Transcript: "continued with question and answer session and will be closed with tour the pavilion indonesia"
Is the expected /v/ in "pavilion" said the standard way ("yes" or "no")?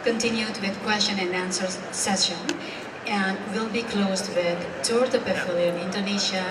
no